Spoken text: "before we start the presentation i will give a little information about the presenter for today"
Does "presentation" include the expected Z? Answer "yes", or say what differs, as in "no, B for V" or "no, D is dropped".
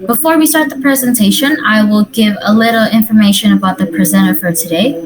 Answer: yes